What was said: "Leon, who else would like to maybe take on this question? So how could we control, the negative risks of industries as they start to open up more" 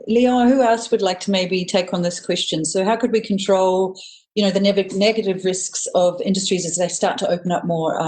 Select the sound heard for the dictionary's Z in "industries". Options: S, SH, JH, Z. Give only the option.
Z